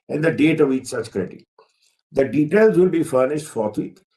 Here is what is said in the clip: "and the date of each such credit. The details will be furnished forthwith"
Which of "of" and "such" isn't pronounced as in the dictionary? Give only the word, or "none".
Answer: none